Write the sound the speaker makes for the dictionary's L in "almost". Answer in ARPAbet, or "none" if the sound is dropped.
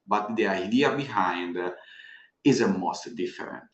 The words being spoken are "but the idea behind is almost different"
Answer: none